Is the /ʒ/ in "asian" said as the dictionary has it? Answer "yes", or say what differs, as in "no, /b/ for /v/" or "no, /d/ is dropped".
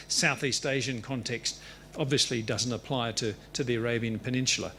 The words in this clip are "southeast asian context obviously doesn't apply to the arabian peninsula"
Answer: yes